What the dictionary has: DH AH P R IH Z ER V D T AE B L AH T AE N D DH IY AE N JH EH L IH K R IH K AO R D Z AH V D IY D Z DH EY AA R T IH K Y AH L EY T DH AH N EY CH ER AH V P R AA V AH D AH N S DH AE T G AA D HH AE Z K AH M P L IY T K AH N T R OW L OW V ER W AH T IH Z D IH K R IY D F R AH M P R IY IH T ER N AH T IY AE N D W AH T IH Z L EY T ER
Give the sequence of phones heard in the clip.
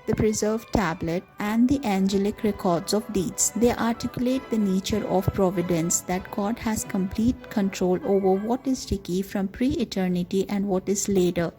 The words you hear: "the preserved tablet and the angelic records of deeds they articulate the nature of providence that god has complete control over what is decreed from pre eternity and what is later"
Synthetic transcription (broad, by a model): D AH P R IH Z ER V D T AE B L AH T AE N D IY AE N JH EH L IH K R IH K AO R D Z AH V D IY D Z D EY AA R T IH K Y AH L EY T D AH N EY CH ER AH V P R AA V AH D AH N S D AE T G AA D HH AE Z K AH M P L IY T K AH N T R OW L OW V ER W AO T IH Z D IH K IY F R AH M P R IY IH T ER N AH T IY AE N D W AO T IH Z L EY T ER